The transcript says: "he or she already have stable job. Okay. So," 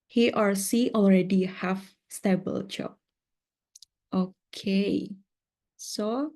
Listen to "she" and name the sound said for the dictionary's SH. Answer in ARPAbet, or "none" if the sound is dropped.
S